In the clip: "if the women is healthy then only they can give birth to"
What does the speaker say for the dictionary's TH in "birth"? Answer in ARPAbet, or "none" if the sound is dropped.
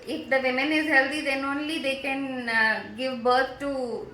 T